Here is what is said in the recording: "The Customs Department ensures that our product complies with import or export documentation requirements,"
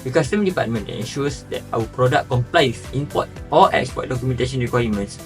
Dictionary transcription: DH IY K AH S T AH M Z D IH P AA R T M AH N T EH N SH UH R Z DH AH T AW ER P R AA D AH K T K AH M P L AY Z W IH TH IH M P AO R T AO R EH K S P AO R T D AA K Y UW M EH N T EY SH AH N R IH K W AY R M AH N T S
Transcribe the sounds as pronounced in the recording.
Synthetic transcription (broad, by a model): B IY K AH S T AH M D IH P AA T M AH N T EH N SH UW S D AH T AW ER P R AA D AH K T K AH M P L AY W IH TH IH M P AO T AO L EH K S P AO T D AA K Y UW M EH N T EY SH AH N R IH K W AY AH M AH N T S